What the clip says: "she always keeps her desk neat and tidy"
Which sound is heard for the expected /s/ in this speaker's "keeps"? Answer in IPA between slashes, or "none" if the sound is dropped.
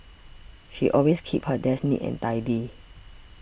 none